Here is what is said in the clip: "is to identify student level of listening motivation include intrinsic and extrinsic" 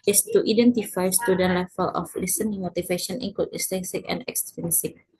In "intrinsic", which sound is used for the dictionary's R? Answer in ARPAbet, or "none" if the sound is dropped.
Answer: none